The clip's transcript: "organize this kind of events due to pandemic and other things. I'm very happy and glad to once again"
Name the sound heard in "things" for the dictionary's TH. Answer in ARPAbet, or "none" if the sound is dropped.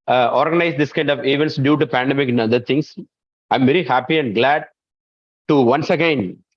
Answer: T